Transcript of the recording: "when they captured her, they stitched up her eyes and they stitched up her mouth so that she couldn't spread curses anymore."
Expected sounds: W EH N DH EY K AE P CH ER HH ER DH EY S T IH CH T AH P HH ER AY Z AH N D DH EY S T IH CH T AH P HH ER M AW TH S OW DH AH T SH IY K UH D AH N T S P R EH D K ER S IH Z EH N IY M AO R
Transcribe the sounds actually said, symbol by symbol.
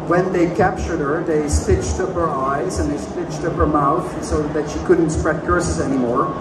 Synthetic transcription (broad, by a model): W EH N DH EY K AE P CH ER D ER DH EY S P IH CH T AH P HH ER AY Z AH N DH EY S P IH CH T AH P HH ER M AW TH S OW DH AH T SH IY K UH D N T S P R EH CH K ER S IH Z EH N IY M AO R